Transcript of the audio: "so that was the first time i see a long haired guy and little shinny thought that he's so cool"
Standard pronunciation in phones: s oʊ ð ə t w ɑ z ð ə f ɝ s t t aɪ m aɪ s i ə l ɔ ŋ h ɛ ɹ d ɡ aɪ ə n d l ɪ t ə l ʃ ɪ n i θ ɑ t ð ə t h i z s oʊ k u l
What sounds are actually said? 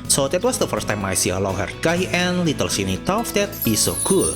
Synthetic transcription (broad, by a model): s oʊ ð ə t w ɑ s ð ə f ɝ s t t aɪ m aɪ s i ə l ɔ ŋ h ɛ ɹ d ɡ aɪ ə n l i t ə l s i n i t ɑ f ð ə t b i s oʊ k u l